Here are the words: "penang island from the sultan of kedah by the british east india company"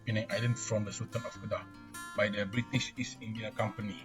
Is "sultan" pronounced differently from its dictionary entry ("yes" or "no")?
yes